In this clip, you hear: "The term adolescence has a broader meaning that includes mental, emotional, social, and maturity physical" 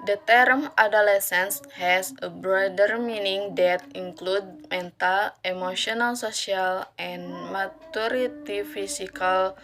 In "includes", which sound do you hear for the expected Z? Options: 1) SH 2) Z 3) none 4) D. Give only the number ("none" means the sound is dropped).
3